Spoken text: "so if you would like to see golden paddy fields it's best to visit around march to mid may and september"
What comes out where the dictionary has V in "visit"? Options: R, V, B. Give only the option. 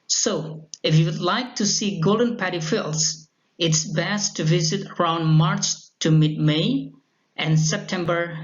V